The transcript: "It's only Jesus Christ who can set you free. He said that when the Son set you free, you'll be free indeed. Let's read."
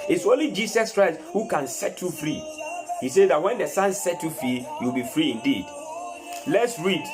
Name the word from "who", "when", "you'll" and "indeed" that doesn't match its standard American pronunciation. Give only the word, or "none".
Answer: you'll